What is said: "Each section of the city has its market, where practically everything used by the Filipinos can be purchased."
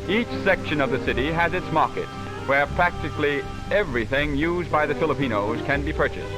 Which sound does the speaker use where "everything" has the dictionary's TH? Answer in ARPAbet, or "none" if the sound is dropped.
TH